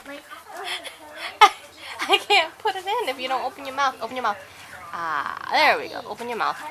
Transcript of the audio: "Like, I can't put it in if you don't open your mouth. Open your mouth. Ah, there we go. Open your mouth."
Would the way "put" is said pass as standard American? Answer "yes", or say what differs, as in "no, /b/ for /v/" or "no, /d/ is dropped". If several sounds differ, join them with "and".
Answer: yes